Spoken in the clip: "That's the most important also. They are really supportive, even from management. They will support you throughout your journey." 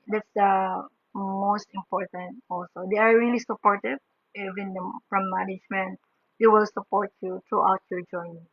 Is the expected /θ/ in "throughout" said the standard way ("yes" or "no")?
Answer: no